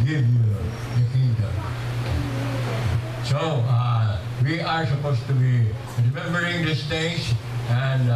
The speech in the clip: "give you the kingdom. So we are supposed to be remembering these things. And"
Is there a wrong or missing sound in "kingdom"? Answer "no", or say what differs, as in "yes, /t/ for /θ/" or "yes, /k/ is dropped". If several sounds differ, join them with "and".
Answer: yes, /ŋ/ is dropped